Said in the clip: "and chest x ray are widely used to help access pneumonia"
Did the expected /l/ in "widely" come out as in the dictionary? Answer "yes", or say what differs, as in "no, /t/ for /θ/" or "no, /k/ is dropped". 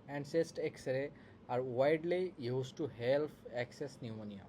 yes